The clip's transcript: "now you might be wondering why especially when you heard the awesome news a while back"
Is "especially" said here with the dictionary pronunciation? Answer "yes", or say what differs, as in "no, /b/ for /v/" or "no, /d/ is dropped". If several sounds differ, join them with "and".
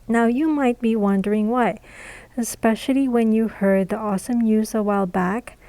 yes